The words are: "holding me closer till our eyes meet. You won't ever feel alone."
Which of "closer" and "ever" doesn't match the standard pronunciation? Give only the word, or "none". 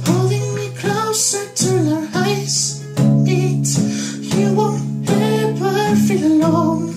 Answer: ever